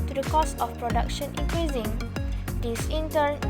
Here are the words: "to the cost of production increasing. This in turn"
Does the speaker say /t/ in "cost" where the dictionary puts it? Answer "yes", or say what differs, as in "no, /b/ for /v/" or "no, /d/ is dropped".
no, /t/ is dropped